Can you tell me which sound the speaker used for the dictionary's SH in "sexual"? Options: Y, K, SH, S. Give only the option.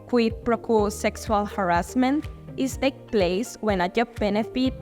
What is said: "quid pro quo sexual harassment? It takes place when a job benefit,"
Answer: S